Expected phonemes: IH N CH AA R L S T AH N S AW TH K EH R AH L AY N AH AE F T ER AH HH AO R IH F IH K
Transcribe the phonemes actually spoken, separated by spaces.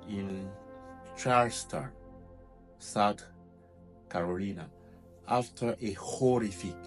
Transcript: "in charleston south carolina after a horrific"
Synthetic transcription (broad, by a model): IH N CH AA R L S T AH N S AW T K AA R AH L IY N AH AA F T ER AH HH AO R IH F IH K